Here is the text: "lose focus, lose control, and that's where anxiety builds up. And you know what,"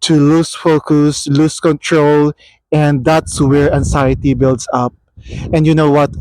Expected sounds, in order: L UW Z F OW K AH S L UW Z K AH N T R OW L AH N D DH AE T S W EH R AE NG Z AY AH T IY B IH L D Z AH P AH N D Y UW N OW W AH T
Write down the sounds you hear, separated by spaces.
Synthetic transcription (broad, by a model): L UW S F OW K AH S L UW S K AH N T R OW L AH N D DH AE T S W EH R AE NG S AY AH T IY B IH L D S AH P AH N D Y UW N OW W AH T